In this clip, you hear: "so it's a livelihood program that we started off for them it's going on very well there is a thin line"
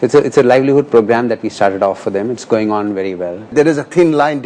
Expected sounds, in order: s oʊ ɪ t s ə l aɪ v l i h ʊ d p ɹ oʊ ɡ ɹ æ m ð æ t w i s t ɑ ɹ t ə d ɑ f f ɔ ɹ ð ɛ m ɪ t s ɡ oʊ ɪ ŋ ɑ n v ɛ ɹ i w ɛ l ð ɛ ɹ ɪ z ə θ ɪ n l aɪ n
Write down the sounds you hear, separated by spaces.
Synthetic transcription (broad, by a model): s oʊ ɪ t s ə l aɪ v l i h ʊ d p ɹ oʊ ɡ ɹ æ m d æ t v i s t ɑ ɹ t ə d ɑ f f ɔ ɹ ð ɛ m ɪ t s ɡ oʊ ɪ ŋ ɑ n v ɛ ɹ i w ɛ l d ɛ ɹ ɪ z ə t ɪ n l aɪ n